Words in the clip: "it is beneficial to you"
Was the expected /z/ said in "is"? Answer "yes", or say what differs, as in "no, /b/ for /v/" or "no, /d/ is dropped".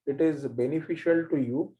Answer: yes